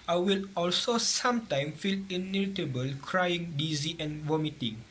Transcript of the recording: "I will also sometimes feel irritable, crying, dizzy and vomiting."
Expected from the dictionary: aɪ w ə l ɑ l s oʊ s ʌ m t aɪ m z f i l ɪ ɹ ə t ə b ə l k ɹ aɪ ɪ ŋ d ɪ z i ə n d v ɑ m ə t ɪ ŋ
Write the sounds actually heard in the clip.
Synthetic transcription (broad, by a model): aɪ w ə l ɑ l s oʊ s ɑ m t aɪ m f i l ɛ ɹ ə t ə b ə l k ɹ aɪ ɪ ŋ d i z i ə n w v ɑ m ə t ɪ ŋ